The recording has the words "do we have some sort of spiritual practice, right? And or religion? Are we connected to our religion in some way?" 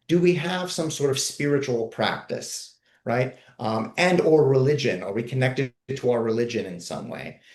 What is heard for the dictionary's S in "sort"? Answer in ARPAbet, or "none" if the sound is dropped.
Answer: S